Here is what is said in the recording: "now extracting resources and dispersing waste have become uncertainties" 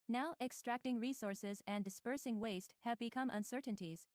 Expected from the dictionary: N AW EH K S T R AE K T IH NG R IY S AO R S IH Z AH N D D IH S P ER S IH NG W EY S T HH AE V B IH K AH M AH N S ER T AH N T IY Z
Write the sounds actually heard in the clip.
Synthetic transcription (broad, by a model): N AW EH K S T R AE K T IH NG R IY S AO R S IH Z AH N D D IH S P ER S IH NG W EY S T HH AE V B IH K AH M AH N S ER T N T IY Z